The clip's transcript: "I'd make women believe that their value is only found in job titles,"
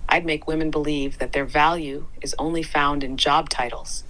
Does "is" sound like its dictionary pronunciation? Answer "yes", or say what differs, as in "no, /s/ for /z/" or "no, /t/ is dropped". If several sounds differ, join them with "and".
yes